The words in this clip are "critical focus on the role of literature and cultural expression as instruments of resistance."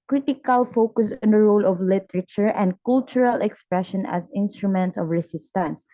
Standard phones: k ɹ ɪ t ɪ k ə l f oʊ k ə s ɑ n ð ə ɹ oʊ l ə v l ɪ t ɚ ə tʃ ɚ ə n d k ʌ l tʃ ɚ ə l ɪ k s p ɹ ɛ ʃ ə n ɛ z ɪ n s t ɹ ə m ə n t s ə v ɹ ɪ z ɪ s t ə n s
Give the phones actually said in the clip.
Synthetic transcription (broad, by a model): k ɹ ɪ t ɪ k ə l f oʊ k ə s ɑ n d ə ɹ oʊ l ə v l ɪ t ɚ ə tʃ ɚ ə n d k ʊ l tʃ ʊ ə l ɪ k s p ɹ ɛ ʃ ə n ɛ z ɪ n s t ɹ ə m ə n t s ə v ɹ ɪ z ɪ s t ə n s